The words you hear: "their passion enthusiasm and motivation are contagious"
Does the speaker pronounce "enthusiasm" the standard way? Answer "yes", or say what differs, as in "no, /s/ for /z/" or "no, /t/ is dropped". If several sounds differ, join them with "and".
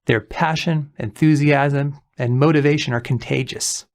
yes